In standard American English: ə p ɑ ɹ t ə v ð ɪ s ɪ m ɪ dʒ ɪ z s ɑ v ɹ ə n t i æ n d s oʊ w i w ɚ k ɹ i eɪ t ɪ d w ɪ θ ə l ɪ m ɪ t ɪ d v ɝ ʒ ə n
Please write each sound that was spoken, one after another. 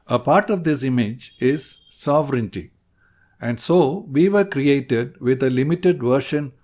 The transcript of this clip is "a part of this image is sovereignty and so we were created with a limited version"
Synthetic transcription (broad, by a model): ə p ɑ ɹ t ə v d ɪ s ɪ m ɪ dʒ ɪ z s ɑ v ɹ ə n t i æ n d s oʊ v i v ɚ k ɹ i eɪ t ɪ d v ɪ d ə l ɪ m ɪ t ɪ d v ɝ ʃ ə n